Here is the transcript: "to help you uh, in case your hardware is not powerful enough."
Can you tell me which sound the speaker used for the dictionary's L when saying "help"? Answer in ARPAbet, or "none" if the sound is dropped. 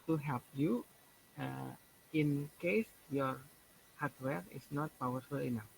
L